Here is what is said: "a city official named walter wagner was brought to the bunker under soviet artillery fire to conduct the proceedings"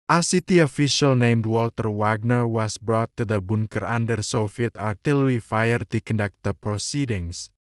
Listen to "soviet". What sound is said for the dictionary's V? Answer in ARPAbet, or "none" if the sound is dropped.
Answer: F